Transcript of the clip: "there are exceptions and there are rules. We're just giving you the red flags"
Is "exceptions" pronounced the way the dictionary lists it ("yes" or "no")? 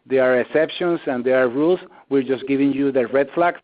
no